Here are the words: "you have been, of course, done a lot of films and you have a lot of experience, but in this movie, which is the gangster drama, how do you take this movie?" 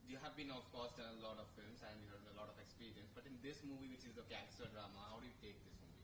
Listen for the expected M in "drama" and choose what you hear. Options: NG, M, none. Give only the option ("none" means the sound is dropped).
M